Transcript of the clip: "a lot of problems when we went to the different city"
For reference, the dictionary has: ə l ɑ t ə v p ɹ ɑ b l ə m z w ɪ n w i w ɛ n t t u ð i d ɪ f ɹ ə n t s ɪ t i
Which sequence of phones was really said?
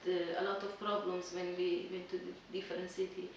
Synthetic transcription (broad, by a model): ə l ɑ t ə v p ɹ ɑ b l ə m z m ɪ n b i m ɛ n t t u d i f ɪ ɹ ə n s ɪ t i